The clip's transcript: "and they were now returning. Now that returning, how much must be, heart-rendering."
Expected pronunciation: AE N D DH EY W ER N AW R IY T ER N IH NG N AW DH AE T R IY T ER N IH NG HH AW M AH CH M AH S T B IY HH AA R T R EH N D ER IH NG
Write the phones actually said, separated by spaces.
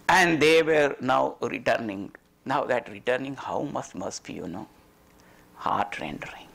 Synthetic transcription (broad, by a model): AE N D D EY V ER N AW R IY T ER N IH NG N AW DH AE T R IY T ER N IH NG HH AW M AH S M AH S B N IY HH AA R T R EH N D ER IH NG